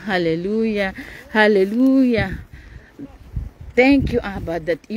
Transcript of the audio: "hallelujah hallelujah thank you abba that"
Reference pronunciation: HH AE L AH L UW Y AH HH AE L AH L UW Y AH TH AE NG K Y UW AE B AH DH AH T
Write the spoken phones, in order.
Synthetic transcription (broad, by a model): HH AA L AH L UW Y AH HH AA L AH L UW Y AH T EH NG K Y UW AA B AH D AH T